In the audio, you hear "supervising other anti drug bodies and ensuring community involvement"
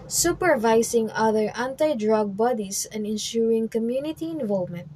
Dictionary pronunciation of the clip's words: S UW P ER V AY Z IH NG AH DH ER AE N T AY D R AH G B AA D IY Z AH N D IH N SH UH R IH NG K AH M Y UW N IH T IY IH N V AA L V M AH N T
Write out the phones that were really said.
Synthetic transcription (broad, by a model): S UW P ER V AY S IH NG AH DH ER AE N T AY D R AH G B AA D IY S AH N D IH N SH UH R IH NG K AH M Y UW N IH T IY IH N V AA L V M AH N T